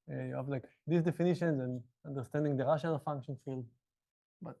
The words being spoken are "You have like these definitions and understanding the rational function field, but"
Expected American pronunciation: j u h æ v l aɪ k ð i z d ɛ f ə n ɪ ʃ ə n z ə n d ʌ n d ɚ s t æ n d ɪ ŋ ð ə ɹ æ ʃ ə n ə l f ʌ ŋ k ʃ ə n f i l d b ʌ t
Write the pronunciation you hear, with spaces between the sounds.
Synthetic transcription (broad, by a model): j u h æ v l aɪ k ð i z d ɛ f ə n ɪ ʃ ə n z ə n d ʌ n d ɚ s t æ n d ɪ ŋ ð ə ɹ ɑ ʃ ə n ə l f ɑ ŋ k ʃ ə n f i l d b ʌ t